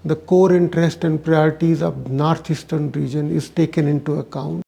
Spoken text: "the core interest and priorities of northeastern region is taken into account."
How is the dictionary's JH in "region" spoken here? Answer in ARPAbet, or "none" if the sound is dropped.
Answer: JH